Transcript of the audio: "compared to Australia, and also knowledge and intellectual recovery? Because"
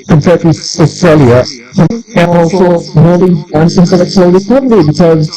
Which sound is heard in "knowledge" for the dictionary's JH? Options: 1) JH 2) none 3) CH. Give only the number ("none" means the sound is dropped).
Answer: 2